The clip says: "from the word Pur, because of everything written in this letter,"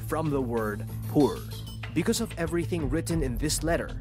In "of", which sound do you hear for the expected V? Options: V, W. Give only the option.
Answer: V